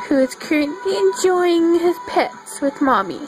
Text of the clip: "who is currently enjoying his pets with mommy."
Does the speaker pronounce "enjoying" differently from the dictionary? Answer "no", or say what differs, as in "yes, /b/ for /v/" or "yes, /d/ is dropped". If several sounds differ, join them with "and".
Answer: no